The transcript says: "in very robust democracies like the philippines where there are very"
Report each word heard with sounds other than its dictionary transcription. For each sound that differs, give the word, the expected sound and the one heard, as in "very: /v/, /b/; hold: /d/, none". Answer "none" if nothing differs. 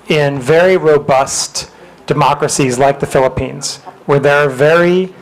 none